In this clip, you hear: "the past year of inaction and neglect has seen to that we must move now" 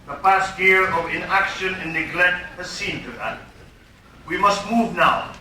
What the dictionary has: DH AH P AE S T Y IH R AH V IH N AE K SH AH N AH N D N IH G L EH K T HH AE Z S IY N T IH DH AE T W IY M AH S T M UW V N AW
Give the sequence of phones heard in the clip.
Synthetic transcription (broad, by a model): DH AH P AE S T Y IH R AH V IH N AE K SH AH N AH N N IH G L EH K T HH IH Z S IY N T IH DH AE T W IY M AH S T M UW V N AW